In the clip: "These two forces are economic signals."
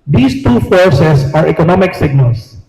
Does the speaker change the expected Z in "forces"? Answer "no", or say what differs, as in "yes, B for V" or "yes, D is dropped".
yes, S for Z